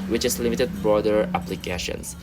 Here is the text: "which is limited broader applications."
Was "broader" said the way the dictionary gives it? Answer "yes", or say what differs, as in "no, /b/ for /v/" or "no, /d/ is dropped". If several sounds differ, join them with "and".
yes